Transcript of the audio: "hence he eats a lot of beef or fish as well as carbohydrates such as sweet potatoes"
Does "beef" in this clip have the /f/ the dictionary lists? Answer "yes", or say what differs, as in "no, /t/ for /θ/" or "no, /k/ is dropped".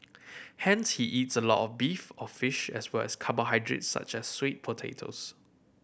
yes